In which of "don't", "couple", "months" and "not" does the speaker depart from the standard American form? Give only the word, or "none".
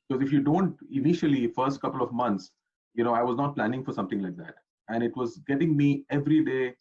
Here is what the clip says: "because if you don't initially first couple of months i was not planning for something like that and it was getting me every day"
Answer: months